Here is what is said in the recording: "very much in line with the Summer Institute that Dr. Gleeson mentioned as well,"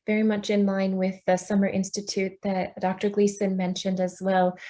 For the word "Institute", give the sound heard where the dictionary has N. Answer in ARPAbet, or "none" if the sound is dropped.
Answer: N